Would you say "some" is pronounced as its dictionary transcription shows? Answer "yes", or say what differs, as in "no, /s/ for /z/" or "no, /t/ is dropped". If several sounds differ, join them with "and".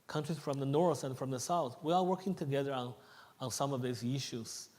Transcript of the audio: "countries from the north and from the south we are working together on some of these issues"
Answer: yes